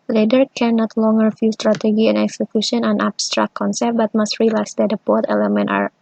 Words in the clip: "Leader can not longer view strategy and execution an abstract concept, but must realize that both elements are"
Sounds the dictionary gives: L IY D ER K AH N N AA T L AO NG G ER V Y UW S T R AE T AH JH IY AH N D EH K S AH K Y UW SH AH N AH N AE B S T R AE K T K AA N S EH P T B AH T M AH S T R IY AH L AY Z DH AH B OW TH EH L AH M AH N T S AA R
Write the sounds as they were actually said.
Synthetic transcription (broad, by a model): L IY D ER K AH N N AA T L AO NG G ER F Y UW S T R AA T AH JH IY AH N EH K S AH K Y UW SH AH N AH N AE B S T R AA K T K AA N S EH P T B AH T M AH S T R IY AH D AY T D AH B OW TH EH L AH M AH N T AA R